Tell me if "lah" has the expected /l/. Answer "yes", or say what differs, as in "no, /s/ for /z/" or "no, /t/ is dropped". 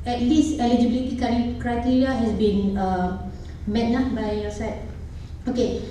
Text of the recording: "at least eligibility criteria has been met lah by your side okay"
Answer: no, /n/ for /l/